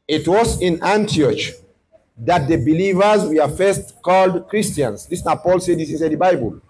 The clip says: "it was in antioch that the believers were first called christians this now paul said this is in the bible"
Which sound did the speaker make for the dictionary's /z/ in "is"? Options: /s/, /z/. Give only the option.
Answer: /s/